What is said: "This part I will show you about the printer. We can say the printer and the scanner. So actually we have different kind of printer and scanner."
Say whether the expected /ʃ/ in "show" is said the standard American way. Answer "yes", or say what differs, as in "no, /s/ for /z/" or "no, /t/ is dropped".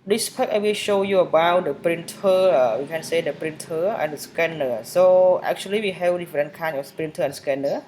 yes